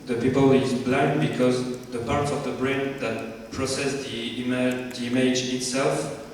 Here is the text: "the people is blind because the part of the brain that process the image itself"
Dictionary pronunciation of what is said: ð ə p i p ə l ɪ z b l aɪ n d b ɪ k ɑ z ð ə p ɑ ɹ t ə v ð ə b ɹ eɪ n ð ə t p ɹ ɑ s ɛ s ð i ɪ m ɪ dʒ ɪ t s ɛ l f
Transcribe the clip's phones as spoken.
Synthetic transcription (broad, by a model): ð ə p i p ə l ɪ z b l aɪ n d b ɪ k ɑ z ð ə p ɑ ɹ t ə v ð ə b ɹ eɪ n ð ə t p ɹ ɑ s ɛ s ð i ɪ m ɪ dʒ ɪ t s ɛ l f